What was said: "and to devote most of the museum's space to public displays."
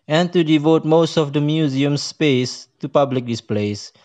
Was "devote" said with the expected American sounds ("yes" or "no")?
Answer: yes